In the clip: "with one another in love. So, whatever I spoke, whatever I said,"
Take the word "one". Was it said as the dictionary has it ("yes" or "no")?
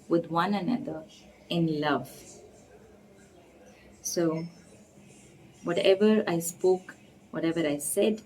yes